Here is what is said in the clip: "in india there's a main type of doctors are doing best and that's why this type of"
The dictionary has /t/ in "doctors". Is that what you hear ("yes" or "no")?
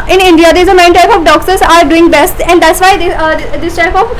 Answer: no